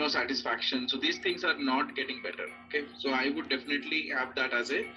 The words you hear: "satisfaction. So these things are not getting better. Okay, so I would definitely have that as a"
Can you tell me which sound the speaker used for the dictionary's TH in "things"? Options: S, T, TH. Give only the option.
T